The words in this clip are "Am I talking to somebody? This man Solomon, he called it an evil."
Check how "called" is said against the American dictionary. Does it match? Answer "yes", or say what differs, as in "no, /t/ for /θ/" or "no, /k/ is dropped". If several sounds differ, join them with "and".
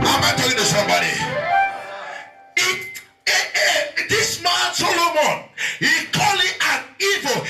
no, /d/ is dropped